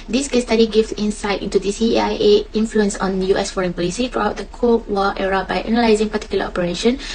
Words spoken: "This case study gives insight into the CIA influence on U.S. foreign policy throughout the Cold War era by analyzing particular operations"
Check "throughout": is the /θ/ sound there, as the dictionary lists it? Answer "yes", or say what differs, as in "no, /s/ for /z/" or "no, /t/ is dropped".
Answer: no, /t/ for /θ/